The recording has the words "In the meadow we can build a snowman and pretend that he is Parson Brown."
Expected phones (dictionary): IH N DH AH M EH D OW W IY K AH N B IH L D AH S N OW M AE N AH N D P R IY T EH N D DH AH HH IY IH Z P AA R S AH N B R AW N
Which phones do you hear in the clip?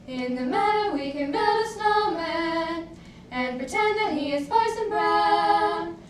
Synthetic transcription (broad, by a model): IH N DH AH M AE D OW W IY K AH N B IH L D AH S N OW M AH AH N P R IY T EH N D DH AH HH IY IH Z F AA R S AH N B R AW